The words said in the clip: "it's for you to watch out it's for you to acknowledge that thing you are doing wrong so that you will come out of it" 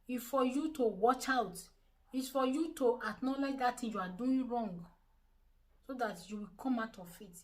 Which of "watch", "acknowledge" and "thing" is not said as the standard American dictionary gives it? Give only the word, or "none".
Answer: thing